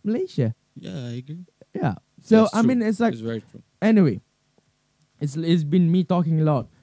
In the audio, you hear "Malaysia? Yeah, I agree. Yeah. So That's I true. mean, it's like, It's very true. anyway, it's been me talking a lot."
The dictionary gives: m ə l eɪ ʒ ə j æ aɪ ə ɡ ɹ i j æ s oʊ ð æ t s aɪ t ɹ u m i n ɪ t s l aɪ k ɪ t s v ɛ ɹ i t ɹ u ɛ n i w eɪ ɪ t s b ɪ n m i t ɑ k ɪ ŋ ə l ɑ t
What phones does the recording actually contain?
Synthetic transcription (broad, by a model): m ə l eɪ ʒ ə j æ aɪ ə ɡ ɹ i j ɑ s oʊ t aɪ m i n ɪ t s l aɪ ɪ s v ɛ ɹ i t ɹ u ɛ n i w eɪ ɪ t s b ɪ n m i t ɑ k ɪ ŋ ə l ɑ t